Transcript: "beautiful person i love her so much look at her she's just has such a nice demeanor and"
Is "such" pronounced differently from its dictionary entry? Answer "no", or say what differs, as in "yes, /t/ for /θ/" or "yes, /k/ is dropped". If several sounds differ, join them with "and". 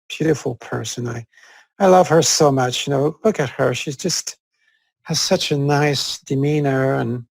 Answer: no